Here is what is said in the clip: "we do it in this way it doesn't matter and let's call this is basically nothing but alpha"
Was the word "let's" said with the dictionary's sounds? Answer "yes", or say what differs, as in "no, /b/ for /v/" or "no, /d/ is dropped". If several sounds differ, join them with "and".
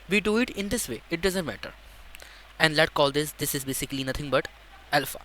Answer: no, /s/ is dropped